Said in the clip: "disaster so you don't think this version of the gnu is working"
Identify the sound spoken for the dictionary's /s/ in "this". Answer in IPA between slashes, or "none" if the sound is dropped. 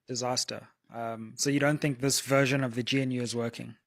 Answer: /s/